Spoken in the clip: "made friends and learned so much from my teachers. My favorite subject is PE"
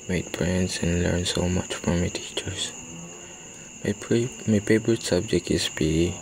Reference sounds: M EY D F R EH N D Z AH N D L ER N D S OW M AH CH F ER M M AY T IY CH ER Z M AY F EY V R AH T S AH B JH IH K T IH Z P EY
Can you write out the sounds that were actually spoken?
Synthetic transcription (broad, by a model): M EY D P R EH N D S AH N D L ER N S OW M AH CH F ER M M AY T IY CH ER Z M AY P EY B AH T S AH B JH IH K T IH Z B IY